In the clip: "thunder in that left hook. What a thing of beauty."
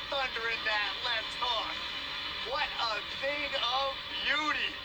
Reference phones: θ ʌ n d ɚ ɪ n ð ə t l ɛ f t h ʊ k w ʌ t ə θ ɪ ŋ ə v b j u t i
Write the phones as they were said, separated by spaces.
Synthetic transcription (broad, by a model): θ ʌ n d ɚ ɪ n ð ə t l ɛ t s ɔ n w ʌ t ə θ ɪ ŋ ə v b j u t i